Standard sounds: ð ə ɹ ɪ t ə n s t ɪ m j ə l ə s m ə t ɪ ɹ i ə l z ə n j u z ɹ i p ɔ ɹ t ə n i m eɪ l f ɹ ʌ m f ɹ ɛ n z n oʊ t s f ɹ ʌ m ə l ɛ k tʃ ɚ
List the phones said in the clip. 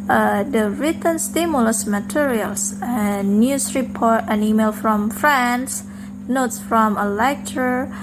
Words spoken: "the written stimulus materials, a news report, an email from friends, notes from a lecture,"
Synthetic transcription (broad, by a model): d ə ɹ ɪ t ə n s t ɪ m j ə l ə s m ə t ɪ ɹ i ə l s ə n j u s ɹ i p ɔ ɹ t ə n i m eɪ l f ɹ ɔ m f ɹ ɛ n s n oʊ t s f ɹ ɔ m ə l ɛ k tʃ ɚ